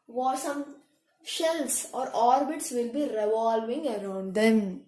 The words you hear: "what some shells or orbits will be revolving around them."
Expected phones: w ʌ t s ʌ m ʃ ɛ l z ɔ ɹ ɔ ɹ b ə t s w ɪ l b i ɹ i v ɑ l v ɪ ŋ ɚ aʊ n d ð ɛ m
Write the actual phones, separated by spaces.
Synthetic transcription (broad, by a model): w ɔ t s ʌ m ʃ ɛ l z ɔ ɹ ɔ ɹ b ə t s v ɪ l b i ɹ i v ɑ l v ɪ ŋ ɚ aʊ n d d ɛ m